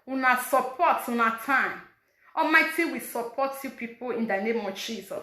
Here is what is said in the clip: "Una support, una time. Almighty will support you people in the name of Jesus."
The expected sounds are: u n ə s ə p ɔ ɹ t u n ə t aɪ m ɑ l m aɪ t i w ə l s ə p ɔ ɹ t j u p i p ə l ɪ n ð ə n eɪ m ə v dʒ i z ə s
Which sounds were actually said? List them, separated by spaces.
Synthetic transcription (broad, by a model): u n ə s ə p ɔ t u n ə t aɪ m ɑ m aɪ t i w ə s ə p ɔ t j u p i p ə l ɪ n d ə n eɪ m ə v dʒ i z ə s